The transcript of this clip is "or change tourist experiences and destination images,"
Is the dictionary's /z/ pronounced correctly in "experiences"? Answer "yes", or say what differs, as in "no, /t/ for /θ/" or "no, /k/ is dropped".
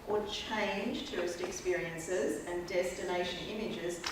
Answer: yes